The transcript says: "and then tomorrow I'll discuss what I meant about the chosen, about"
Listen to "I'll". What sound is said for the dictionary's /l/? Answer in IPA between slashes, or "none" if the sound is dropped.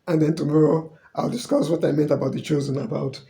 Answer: /l/